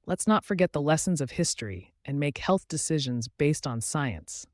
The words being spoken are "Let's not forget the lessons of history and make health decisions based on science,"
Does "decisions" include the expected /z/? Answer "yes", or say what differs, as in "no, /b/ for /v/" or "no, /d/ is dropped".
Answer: yes